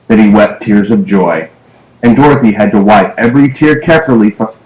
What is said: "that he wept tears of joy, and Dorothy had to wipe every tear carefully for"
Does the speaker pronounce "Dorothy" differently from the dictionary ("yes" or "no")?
no